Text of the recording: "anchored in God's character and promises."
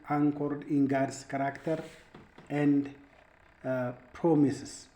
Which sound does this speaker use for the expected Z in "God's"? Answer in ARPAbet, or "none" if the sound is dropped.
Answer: S